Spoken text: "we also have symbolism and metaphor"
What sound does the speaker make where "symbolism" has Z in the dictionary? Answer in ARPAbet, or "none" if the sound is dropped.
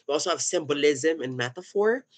Z